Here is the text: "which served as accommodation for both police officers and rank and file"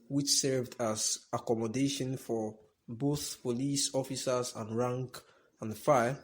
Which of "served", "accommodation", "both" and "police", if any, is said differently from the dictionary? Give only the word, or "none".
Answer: none